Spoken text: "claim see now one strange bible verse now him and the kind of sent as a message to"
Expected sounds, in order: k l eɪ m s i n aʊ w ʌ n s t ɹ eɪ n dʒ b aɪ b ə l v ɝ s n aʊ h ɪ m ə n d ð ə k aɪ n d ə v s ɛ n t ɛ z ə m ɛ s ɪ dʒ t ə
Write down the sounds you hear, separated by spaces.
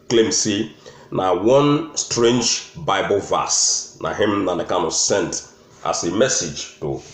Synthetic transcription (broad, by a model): k l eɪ m s i n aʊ w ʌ n s t ɹ eɪ n dʒ b aɪ b ə l v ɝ s n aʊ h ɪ m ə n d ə k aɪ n ə s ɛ n t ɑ s ə m ɛ s ɪ dʒ t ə